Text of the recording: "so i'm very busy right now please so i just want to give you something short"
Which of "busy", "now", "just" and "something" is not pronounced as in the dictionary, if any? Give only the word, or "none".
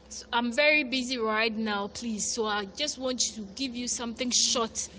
none